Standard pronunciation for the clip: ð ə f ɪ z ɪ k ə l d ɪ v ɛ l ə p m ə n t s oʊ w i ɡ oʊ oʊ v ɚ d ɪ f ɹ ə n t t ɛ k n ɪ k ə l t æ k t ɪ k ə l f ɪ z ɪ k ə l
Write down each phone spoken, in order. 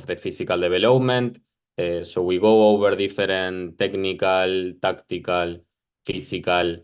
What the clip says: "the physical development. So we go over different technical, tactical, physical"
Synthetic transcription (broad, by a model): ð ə f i s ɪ k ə l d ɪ b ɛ l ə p m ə n t s oʊ w i ɡ oʊ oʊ b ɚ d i f ɹ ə n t t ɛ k n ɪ k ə l t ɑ k t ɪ k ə l f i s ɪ k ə l